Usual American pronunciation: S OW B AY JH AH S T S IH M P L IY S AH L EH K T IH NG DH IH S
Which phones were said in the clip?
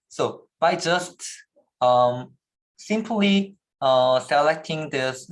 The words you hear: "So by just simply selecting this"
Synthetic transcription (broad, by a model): S OW B AY JH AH S T S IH M P L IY S AH L EH K T IH NG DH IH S